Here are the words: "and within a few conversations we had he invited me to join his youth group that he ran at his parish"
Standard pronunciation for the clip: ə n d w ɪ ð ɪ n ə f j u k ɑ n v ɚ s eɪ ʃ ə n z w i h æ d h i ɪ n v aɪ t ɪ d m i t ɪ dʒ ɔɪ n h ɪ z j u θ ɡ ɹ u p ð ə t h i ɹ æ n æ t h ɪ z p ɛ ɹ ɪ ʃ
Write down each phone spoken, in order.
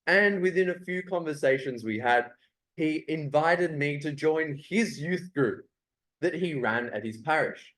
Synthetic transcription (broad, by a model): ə n w ɪ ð ɪ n ə f j u k ɑ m v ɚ s eɪ ʃ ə n z w i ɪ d h i ɪ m v aɪ t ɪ d m i t ɪ dʒ ɔɪ n ɪ z j u θ ɡ ɹ u p ð ə t h i ɹ æ n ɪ t h ɪ z p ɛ ɹ ɪ ʃ